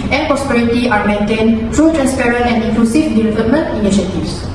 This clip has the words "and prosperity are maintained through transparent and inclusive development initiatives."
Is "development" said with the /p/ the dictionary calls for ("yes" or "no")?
no